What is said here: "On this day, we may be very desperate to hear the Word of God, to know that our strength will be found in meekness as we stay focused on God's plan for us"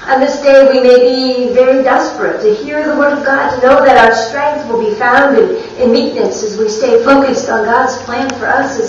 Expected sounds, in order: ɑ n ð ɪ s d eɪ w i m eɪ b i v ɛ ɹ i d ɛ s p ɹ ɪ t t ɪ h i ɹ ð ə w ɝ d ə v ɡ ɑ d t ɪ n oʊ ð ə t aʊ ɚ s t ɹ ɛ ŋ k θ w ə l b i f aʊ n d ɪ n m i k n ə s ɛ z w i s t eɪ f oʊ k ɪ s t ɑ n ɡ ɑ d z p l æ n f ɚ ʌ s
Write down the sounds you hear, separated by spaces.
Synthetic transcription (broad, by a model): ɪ n ð ɪ s d eɪ w i m eɪ b i v ɛ ɹ i d ɛ s p ɹ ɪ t t ɪ h i ɹ ð ə w ɝ d ə v ɡ ɑ d t ɪ n oʊ ð ə t aʊ ɚ s t ɹ ɛ ŋ k θ w ə l b i f aʊ n d ɪ n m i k n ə s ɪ z w i s t eɪ f oʊ k ɪ s t n ɡ ɑ d z p l æ n f ɚ ʌ s